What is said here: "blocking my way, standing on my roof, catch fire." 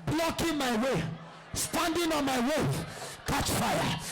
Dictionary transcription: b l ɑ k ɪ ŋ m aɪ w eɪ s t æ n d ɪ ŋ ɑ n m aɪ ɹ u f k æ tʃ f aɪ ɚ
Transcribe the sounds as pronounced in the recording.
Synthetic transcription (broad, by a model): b l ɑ k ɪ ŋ m aɪ w eɪ s t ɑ n d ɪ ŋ ɑ n m aɪ w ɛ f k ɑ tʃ f aɪ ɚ